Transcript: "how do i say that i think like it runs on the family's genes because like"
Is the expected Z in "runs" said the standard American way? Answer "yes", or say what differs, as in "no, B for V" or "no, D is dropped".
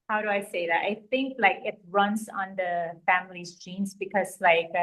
no, S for Z